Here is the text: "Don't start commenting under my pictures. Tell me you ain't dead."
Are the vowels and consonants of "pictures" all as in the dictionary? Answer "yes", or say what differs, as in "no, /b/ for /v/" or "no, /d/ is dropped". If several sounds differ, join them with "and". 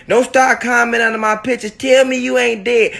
no, /k/ is dropped